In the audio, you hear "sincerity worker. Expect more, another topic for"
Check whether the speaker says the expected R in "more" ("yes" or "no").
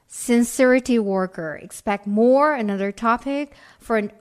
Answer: yes